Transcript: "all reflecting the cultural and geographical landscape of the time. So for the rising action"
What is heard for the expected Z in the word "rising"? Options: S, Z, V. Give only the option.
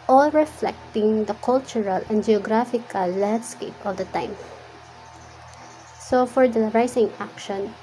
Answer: S